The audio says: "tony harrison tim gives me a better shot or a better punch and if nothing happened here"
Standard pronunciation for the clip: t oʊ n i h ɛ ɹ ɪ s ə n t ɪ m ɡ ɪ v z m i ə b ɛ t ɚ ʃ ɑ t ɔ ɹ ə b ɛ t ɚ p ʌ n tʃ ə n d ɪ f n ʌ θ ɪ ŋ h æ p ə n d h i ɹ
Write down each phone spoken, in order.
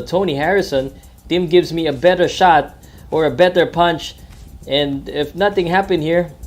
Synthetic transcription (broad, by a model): t oʊ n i h ɛ ɹ ɪ s ə n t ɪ m ɡ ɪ v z m i ə b ɛ t ɚ ʃ ɑ t ɔ ɹ ə b ɛ t ɚ p ʌ n tʃ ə n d ɪ f n ʌ θ ɪ ŋ h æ p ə n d h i ɹ